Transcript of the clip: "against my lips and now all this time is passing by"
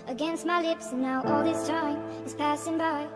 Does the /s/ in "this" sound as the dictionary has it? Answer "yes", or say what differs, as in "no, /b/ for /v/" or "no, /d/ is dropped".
yes